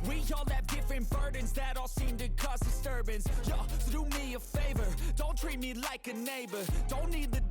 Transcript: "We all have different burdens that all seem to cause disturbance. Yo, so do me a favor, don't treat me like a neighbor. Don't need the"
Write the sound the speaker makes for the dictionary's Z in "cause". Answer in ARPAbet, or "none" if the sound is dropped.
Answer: S